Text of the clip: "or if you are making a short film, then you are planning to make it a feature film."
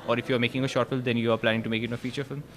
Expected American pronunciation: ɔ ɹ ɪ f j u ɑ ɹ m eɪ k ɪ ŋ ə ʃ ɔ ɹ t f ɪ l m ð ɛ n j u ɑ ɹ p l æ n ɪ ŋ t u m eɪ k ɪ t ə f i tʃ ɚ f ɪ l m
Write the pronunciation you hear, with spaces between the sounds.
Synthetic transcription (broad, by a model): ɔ ɹ ɪ f j u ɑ ɹ m eɪ k ɪ ŋ ə ʃ ɔ ɹ t f ɪ l m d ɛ n j u ɑ ɹ p l æ n ɪ ŋ t u m eɪ k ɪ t ə f i tʃ ɚ f ɪ l m